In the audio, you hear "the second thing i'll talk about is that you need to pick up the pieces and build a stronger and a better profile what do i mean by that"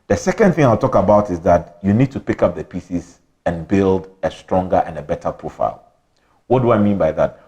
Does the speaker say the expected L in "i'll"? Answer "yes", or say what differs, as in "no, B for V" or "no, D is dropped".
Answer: yes